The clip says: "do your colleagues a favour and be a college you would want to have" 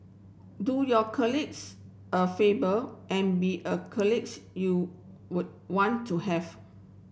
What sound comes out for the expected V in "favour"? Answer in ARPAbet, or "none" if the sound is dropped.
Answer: B